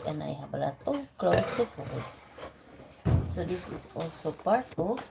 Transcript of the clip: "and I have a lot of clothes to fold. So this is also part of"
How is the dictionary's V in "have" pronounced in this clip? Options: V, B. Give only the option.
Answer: B